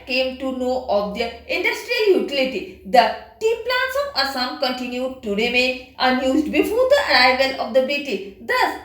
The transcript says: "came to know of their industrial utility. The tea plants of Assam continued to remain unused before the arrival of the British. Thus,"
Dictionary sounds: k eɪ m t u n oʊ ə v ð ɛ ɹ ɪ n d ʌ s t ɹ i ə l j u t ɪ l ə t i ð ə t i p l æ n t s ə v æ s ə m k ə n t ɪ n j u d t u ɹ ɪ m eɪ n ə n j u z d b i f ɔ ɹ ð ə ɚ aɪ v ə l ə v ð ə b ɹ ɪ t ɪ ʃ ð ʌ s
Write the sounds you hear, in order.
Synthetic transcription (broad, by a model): k eɪ m t u n oʊ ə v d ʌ ɪ n d ʌ s t ɹ i ə l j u t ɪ l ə t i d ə t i p l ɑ n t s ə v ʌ s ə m k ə n t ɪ n j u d t u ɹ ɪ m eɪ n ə n j u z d b i f ɔ ɹ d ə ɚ aɪ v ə l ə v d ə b ɪ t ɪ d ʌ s